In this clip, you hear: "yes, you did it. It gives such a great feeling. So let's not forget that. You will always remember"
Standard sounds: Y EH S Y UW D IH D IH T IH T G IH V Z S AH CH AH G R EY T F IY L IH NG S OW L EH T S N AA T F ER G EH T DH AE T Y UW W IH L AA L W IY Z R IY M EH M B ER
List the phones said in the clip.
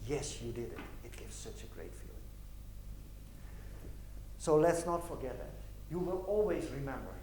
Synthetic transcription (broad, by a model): Y EH S Y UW D IH D IH T IH T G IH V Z S AH CH AH G R EY T F IY L IH NG S OW L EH T S N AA T F ER G EH T DH AE T Y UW W IH L AA L W IY Z R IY M EH M B ER